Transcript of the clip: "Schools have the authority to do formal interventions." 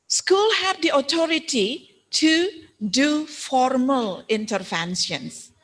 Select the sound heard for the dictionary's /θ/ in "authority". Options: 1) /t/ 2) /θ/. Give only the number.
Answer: 1